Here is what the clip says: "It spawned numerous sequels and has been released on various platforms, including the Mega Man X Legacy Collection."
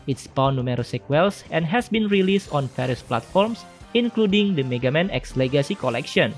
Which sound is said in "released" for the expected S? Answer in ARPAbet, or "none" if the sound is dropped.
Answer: S